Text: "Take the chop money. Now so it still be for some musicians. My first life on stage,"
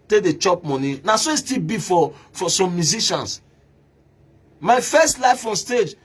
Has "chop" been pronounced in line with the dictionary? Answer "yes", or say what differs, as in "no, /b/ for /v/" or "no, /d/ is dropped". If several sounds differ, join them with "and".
yes